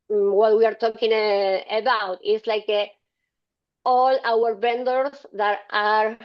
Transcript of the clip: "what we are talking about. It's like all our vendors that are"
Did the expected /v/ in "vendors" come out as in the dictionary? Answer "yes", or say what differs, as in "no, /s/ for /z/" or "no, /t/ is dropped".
no, /b/ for /v/